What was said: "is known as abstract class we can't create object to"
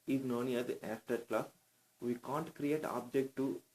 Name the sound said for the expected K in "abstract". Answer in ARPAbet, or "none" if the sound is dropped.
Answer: none